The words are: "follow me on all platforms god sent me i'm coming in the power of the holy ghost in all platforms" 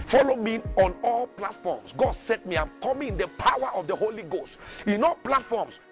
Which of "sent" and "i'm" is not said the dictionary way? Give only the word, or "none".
sent